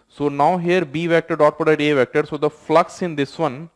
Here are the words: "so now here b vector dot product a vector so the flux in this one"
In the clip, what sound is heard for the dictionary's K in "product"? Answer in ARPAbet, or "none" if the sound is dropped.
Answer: none